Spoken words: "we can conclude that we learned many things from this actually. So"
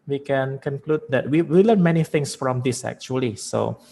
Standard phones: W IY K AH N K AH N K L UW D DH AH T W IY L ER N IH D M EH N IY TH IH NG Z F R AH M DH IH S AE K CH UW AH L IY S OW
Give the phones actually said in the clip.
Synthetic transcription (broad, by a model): W IY K AH N K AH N K L UW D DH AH T W IY W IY L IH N M EH N IY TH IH NG S F R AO M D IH S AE K CH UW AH L IY S OW